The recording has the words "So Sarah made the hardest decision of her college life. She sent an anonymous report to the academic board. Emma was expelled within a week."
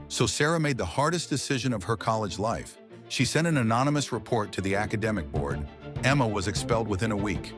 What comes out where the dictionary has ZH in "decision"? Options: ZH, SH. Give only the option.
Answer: ZH